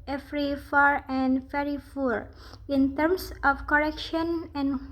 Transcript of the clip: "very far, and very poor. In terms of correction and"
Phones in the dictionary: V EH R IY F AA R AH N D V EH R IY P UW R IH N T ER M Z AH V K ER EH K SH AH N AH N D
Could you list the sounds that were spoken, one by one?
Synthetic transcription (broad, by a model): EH R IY F AA R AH N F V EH R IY F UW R IH N T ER M S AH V K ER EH K SH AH N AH N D